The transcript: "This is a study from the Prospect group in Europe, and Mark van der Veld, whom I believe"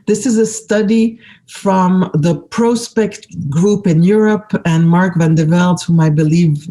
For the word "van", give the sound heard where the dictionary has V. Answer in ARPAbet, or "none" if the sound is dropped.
V